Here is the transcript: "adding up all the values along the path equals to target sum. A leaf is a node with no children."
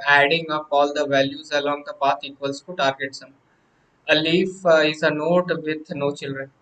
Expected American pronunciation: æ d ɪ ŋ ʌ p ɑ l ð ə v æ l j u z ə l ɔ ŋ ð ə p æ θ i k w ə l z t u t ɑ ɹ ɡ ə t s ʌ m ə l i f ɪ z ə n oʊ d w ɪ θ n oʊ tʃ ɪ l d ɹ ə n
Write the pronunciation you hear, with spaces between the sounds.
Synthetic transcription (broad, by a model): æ d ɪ ŋ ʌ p ɑ l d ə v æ l j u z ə l ɔ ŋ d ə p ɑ t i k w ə l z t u t ɑ ɹ ɡ ə t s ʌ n ə l i f ɪ z ə n oʊ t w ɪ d n oʊ tʃ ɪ l d ɹ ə n